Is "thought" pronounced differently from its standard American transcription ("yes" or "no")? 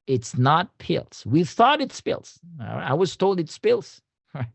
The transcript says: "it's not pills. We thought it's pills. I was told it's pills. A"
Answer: no